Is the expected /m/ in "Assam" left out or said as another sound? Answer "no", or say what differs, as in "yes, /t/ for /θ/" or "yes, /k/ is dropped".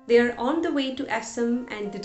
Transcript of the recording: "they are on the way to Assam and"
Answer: no